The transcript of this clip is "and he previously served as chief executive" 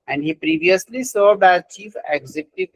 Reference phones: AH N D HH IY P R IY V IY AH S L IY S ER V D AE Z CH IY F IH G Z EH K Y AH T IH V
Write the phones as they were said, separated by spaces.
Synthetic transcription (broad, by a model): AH N D HH IY P R IY V IY AH S L IY S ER D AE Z CH IY F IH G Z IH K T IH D